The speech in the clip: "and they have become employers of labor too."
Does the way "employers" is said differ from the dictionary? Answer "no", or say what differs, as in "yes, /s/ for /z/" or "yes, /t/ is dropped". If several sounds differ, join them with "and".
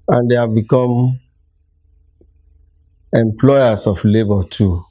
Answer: yes, /s/ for /z/